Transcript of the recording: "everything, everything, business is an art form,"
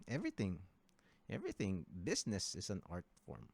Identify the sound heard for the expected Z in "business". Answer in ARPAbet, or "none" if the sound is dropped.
S